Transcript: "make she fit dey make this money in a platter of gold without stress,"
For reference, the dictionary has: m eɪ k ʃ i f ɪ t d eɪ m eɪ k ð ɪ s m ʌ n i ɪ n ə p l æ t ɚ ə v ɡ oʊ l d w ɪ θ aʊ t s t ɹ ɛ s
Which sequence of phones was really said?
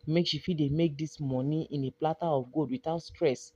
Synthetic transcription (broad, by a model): m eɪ k ʃ i f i d eɪ m eɪ k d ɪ s m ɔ n i ɪ n ə p l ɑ t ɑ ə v ɡ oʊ d w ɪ t aʊ t s t ɹ ɛ s